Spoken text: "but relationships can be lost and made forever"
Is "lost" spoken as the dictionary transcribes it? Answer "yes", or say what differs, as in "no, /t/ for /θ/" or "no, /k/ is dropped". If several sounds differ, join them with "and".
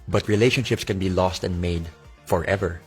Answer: yes